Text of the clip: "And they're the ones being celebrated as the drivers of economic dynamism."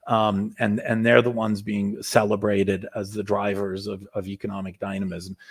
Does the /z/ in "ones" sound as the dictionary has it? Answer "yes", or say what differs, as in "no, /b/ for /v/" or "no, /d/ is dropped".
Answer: yes